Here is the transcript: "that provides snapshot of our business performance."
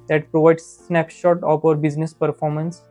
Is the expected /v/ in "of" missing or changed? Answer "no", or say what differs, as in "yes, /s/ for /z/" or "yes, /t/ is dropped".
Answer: yes, /p/ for /v/